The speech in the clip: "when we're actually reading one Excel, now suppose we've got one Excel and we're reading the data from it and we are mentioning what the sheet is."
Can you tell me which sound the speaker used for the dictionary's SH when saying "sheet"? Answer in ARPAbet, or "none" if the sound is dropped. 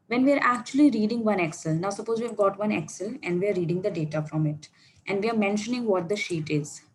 SH